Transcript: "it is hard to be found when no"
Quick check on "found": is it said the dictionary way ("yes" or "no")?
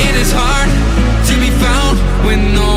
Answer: yes